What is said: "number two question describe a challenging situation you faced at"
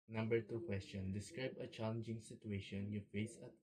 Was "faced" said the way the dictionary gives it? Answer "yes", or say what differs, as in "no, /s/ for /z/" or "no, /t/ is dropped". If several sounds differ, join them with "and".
no, /t/ is dropped